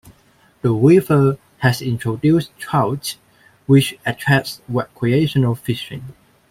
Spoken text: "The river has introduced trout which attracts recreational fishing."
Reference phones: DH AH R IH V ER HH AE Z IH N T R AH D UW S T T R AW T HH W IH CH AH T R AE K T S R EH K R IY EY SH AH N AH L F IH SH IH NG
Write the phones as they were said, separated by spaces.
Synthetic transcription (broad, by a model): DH AH W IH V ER HH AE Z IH N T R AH D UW S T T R AW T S W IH CH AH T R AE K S W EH K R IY EY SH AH N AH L F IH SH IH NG